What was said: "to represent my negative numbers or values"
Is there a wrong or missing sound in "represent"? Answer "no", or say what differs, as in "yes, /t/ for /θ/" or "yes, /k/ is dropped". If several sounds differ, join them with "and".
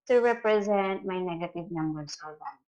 no